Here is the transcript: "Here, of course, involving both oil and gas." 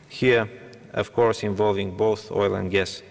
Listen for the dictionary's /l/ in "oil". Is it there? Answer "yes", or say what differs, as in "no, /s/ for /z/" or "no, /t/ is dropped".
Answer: yes